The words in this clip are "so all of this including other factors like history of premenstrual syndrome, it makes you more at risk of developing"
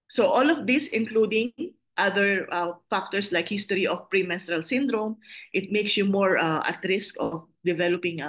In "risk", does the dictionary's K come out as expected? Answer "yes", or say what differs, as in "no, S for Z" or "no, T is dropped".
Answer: yes